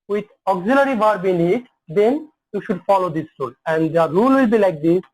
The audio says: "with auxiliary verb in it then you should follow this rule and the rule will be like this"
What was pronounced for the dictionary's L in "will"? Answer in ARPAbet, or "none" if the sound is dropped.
L